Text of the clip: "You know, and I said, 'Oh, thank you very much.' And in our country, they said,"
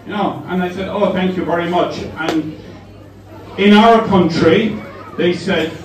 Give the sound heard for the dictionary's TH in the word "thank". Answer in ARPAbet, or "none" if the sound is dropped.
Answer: TH